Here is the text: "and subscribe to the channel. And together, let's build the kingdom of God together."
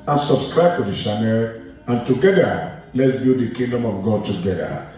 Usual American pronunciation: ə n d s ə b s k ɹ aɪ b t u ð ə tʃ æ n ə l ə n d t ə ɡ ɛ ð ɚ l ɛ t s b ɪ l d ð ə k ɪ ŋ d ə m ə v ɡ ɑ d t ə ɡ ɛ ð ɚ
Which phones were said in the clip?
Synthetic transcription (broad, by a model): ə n s ə b s k ɹ aɪ b t u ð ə ʃ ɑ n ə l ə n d t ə ɡ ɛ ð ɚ l ɛ t s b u d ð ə k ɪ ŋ d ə m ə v ɡ ɑ d t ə ɡ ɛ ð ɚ